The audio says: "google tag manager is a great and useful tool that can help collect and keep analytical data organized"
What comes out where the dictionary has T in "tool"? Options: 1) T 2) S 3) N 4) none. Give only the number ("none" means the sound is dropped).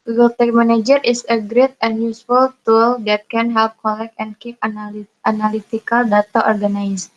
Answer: 1